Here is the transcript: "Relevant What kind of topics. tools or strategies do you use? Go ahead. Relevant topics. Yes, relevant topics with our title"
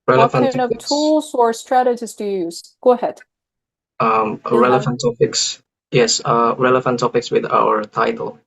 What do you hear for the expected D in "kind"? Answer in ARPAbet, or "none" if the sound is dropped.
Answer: none